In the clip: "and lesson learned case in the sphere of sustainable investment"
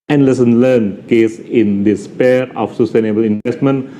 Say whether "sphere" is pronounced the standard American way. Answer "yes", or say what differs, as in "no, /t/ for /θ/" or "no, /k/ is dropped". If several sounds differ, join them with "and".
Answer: no, /p/ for /f/